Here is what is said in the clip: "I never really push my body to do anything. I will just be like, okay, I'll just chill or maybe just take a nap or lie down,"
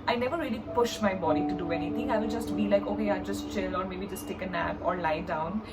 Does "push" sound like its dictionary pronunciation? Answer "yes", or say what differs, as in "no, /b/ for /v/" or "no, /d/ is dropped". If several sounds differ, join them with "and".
yes